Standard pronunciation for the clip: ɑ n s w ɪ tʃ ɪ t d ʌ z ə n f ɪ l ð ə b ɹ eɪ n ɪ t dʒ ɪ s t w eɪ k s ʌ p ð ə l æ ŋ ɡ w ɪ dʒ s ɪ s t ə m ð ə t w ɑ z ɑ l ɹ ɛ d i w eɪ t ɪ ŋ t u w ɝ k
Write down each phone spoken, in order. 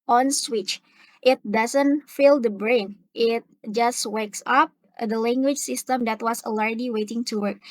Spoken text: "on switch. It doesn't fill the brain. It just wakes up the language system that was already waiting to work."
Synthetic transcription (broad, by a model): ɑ n s w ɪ tʃ ɪ t d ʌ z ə n f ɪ l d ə b ɹ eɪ n ɪ t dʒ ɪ s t w eɪ k s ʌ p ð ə l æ ŋ ɡ w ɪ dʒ s ɪ s t ə m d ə t w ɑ s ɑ l ɹ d i w eɪ t ɪ ŋ t u w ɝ k